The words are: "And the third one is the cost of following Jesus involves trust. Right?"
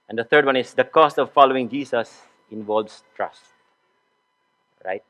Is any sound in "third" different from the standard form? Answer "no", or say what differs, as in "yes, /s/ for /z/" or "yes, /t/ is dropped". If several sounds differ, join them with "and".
yes, /t/ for /θ/